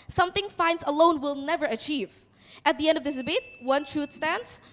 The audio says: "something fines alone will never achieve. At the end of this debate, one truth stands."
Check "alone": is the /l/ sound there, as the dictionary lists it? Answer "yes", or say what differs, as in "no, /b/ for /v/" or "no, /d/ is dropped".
yes